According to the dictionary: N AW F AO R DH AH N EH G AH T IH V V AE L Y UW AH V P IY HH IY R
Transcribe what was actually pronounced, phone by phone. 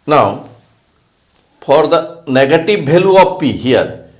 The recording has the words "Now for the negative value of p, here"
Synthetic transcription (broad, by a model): N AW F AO R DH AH N EH G AH T IH V B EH L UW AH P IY HH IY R